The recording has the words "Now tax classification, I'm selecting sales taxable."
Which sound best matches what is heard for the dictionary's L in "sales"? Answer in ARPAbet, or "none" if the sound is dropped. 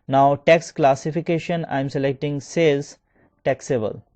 none